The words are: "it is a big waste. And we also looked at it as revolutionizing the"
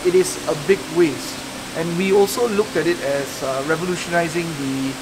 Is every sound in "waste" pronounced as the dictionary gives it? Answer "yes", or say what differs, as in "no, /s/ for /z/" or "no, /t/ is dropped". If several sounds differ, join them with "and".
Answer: yes